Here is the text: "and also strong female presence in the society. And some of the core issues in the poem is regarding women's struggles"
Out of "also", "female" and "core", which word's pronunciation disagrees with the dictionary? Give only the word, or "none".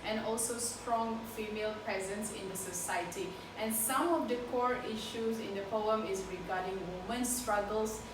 none